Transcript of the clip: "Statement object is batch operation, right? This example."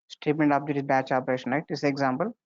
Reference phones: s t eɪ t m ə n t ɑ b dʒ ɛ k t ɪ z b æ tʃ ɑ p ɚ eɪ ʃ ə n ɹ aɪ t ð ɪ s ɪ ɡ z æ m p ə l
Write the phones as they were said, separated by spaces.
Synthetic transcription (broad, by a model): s t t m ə n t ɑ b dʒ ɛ t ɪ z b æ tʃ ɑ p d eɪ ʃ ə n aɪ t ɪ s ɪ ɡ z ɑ m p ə l